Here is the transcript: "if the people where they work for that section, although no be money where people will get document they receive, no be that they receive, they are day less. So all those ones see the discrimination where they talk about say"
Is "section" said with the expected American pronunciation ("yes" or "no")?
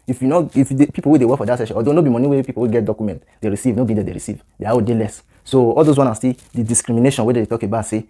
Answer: no